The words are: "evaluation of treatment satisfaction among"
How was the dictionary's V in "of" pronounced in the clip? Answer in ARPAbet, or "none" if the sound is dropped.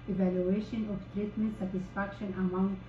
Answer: P